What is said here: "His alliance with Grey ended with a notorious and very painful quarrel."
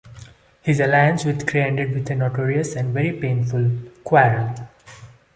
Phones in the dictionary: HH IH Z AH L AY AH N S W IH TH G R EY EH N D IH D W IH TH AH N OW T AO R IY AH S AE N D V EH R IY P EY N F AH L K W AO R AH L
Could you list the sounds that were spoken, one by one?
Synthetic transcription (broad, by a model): HH IH Z AH L AY AH N S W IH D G R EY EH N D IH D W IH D AH N OW T AO R IY AH S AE N D V EH R IY P EY N F AH L K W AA AH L